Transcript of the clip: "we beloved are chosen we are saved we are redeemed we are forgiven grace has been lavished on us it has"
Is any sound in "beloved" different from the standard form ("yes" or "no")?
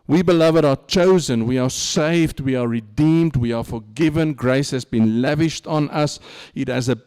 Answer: no